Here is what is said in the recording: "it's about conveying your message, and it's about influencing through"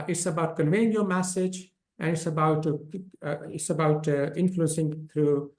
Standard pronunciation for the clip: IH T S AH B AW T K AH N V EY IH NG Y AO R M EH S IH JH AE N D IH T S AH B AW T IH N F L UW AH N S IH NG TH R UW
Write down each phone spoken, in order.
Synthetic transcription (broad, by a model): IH T S AH B AW T K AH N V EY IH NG Y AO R M EH S IH JH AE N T IH T S AH B AW T IH N F L UW AH N S IH NG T R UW